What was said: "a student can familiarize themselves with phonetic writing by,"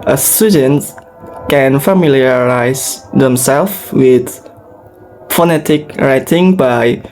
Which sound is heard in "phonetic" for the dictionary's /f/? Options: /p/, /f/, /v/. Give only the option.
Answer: /f/